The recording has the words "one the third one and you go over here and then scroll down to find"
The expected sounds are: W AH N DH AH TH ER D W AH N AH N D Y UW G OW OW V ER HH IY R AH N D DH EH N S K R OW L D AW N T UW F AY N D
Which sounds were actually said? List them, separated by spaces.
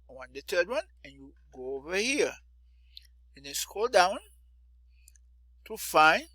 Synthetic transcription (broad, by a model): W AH N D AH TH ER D W AH N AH N Y UW G OW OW V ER HH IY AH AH N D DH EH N S K OW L D AW N T UW F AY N